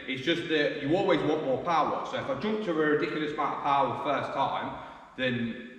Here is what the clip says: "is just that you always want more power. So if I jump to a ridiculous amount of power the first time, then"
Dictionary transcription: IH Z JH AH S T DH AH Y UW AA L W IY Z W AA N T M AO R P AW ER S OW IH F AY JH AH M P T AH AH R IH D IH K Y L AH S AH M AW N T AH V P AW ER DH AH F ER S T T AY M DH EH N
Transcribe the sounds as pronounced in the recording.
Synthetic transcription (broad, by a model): IH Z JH AH S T DH AH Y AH AA L W IY Z W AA N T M AO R P AW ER S OW IH F AY JH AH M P T AH AH R IH D IH K Y L AH S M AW T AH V P AW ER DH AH F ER S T T AY M DH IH N